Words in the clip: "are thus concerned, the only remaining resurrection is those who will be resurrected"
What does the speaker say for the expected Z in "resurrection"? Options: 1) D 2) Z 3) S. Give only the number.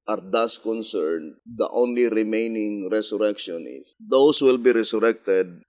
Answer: 3